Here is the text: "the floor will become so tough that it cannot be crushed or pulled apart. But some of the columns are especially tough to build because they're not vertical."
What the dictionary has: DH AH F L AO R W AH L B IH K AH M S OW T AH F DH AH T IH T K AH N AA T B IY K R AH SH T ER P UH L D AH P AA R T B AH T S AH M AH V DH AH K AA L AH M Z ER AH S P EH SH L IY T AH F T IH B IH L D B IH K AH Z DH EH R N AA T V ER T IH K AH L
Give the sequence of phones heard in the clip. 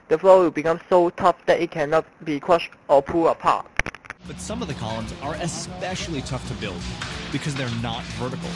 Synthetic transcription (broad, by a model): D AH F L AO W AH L B IH K AH M S OW T AH F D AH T IH T K AH N AA T B IY K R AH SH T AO P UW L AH P AA T B AH T S AH M AH V DH AH K AA L AH M Z ER AH S P EH SH L IY T AH F T IH B IH L D B IH K AH Z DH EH R N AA T V ER T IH K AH L